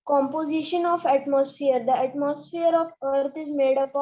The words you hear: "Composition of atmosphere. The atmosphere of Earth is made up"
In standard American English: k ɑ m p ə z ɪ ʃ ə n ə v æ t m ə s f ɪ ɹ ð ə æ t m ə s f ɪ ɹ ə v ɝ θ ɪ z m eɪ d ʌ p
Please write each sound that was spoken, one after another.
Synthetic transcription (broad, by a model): k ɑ m p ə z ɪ ʃ ə n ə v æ t m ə s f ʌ ɹ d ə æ t m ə s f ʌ ɹ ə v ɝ t ɪ z m eɪ d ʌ p